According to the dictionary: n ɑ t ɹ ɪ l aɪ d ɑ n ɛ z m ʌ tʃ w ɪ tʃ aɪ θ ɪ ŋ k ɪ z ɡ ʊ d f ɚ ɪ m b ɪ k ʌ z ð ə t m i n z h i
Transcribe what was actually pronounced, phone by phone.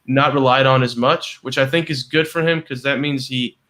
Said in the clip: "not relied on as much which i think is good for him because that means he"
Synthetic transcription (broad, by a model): n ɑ t ɹ ɪ l aɪ d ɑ n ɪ z m ʌ tʃ w ɪ tʃ aɪ θ ɪ ŋ k ɪ z ɡ ʊ d f ɚ ɪ m k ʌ z ð ə t m i n z h i